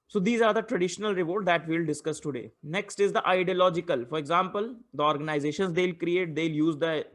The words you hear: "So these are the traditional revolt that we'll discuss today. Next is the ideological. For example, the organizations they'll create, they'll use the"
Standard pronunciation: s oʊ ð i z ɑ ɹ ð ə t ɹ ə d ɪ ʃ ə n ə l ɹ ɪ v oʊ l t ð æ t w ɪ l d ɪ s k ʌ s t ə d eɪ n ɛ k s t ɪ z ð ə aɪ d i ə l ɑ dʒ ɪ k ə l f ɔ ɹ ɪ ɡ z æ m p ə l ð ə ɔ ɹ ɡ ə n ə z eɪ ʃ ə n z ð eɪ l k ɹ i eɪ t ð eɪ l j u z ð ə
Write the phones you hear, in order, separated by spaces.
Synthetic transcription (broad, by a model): s oʊ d i z ɑ ɹ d ə t ɹ ə d ɪ ʃ ə n ə l ɹ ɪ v oʊ t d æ t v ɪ l d ɪ s k ʌ s t ə d eɪ n ɛ k s t ɪ z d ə aɪ d i ə l ɑ dʒ ɪ k ə l f ɔ ɹ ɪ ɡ z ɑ m p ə l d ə ɔ ɹ ɡ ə n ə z eɪ ʃ ə n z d eɪ l k ɹ i eɪ t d eɪ l j u z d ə